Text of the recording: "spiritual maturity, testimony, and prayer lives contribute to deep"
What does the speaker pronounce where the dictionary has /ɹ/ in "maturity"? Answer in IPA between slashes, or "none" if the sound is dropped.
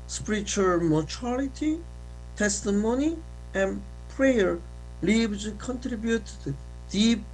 /l/